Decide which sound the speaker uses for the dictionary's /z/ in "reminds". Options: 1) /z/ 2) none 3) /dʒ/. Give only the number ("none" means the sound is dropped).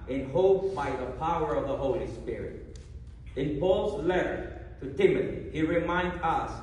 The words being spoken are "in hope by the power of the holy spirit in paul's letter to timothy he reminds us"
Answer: 2